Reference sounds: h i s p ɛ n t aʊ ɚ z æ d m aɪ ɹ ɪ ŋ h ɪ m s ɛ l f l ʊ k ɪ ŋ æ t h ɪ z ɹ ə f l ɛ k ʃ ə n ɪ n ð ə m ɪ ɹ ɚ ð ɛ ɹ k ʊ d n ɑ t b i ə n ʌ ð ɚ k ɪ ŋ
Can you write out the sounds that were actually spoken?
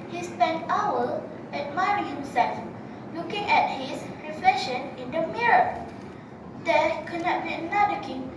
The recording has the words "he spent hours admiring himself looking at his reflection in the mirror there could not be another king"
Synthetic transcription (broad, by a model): h i s p ɛ n t aʊ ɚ æ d m aɪ ɹ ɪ ŋ h ɪ m s ɛ l f l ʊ k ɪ ŋ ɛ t h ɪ s ɹ ə f l ɛ k ʃ ə n ɪ n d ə m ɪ ɹ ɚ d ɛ k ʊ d n ɑ t b i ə n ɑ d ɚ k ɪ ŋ